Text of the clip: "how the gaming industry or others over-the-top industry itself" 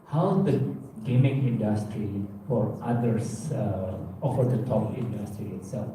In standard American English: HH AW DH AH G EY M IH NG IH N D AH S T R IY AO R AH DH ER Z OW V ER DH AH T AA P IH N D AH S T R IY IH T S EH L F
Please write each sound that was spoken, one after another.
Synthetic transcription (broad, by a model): HH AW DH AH G EY M IH NG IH N D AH S T R IY AO R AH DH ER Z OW F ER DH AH T AA P IH N D AH S T R IY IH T S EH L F